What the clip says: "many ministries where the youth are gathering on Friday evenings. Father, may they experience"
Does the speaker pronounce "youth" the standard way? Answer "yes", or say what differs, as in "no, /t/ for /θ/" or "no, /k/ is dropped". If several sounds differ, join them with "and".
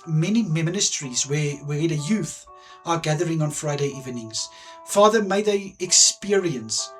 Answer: yes